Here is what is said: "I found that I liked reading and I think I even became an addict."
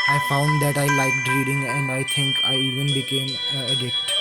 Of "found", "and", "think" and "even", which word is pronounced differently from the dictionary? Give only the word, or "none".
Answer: think